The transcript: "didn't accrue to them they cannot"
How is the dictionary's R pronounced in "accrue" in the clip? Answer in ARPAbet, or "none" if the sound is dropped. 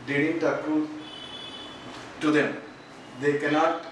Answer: none